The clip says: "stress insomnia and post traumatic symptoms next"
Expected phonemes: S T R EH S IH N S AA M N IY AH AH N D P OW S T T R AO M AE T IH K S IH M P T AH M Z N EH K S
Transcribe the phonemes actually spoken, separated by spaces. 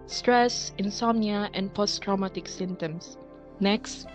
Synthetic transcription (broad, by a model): S T R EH S IH N S AA M N IY AH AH N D P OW S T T R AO M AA T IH K S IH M T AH M S N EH K S